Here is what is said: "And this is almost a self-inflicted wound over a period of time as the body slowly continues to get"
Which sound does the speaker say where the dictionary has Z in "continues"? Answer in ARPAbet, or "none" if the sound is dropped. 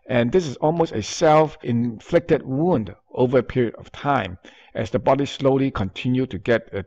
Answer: none